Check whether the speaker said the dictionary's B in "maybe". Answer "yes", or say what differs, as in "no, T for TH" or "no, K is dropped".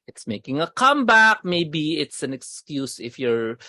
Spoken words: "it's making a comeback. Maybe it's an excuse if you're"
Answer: yes